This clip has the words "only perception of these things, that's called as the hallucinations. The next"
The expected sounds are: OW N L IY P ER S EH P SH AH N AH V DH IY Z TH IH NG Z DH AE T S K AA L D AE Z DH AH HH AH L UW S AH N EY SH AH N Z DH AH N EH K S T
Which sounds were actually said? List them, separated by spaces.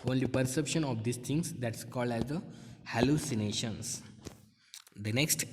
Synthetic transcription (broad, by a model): OW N L IY P ER S EH P SH AH N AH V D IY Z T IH NG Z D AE T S K AA L D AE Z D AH HH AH L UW S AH N EY SH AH N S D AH N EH K S T